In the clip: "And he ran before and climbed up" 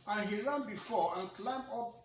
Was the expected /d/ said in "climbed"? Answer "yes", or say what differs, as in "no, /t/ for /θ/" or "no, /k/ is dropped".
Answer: no, /d/ is dropped